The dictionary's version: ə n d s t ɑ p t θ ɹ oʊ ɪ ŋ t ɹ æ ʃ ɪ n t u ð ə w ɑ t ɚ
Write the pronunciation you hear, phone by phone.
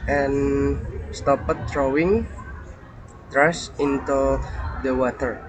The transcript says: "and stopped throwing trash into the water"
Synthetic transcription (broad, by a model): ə n s t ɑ p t t ɹ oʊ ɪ ŋ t ɹ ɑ s ɪ n t u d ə w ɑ t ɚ